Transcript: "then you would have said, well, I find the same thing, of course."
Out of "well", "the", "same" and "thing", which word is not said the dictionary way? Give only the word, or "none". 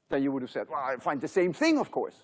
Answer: none